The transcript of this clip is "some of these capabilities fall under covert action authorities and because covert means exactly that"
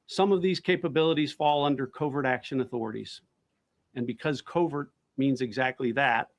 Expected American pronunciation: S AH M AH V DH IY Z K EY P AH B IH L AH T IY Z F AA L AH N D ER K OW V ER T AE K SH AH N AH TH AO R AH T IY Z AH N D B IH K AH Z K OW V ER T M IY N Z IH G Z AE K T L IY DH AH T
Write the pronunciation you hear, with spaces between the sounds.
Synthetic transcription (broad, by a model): S AH M AH V DH IY Z K EY P AH B IH L AH T IY Z F AA L AH N D ER K OW V ER T AE K SH AH N AH TH AO R AH T IY Z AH N B IH K AH Z K OW V ER T M IY N Z IH G Z AE K T L IY DH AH T